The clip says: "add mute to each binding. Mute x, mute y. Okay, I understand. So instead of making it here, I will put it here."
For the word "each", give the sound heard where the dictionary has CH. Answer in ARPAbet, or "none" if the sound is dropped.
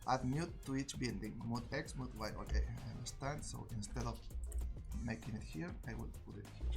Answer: CH